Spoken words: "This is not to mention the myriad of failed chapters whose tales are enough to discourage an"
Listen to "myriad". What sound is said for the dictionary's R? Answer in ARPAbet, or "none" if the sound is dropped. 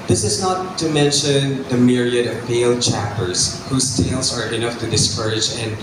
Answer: R